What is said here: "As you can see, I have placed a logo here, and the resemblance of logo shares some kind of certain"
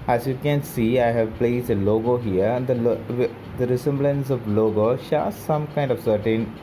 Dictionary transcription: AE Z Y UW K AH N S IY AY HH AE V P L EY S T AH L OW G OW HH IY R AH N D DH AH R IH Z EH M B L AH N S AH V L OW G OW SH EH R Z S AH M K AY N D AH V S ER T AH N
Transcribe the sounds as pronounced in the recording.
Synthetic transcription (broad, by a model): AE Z Y UW K AH N S IY AY HH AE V P L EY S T AH L OW G OW HH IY R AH L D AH R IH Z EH M B L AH N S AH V L OW G OW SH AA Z S AH M K AY N D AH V S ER T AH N